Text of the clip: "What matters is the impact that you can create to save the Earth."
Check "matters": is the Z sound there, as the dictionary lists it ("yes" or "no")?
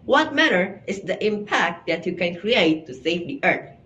no